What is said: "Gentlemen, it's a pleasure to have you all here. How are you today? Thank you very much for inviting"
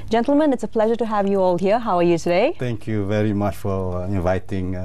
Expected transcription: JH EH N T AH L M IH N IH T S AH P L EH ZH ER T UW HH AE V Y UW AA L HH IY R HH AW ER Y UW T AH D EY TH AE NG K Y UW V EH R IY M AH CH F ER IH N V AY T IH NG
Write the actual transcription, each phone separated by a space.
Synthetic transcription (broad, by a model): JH EH N T L M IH N IH T S AH P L EH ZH ER T UW HH AE V Y UW AA L HH IY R HH AW ER Y UW T AH D EY T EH NG K Y UW V EH R IY M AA CH F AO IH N V AY T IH NG